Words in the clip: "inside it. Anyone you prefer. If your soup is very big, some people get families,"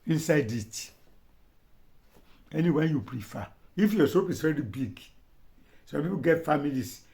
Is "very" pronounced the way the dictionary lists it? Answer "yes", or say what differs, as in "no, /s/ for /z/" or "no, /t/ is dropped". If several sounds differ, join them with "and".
no, /l/ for /ɹ/